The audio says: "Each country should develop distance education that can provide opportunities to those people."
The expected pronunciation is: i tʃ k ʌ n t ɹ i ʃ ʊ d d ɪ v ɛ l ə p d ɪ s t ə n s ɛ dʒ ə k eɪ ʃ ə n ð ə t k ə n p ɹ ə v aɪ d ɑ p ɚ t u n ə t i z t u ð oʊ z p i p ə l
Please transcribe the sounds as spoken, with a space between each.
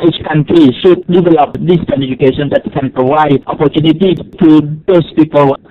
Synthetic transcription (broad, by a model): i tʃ k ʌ n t ɹ i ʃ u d d ɪ v ɛ l ə p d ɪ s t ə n ɛ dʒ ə k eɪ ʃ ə n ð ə t k ə n p ɹ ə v aɪ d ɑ p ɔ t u n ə t i t u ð oʊ s p i p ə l